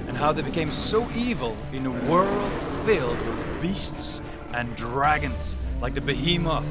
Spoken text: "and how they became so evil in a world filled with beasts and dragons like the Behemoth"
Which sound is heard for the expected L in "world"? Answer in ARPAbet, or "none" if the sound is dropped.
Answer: L